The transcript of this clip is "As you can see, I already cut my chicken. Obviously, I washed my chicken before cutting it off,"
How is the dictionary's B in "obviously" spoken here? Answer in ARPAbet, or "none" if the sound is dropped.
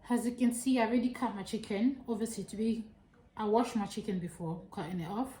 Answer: none